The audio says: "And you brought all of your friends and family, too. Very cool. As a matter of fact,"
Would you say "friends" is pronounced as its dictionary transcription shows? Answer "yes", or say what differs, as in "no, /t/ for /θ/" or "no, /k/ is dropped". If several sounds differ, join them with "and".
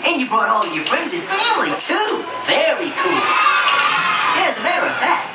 no, /p/ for /f/